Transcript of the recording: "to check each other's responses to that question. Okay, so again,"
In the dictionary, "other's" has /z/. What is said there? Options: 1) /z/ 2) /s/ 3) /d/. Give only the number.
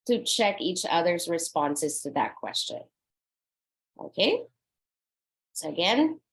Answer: 1